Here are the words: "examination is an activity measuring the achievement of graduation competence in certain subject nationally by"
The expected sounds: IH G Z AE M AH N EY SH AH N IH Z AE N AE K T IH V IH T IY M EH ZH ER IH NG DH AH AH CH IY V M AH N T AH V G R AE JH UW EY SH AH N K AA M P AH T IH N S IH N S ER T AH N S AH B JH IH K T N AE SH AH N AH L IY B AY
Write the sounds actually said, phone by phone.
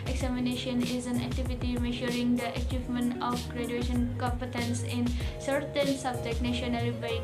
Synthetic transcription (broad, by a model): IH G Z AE M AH N EY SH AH N IH Z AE N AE K T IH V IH T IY M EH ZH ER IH NG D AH AH CH IY V M AH N T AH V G R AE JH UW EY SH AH N K AA M P AH T IH N S IH N S ER T AH N S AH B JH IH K N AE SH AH N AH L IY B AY